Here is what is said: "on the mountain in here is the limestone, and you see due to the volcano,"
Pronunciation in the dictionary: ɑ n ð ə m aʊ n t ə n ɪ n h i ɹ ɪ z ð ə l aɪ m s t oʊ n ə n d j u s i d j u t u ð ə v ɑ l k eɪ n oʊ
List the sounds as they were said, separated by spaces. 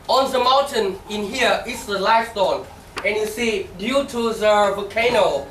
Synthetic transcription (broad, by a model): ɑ n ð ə m aʊ n t ə n ɪ n h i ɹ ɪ s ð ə l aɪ s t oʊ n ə n j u s i d j u t u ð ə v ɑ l k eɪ n oʊ